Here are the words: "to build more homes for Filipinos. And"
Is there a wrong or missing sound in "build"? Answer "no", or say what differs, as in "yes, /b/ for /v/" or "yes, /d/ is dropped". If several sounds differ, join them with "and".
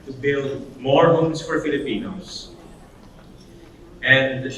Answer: no